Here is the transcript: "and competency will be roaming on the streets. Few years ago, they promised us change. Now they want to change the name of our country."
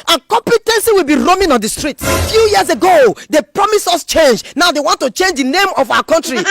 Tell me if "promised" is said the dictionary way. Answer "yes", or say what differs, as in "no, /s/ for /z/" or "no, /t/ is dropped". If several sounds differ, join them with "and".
no, /t/ is dropped